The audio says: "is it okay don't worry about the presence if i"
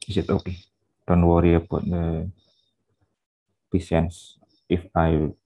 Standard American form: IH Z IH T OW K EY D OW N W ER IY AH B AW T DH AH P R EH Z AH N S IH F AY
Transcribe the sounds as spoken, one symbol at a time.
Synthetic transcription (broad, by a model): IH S IH T OW K EY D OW N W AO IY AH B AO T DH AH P IY S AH N S IH F AY